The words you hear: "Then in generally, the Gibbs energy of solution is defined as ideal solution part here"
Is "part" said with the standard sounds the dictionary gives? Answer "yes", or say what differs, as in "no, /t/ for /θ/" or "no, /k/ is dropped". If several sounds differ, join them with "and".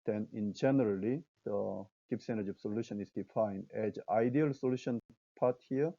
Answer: yes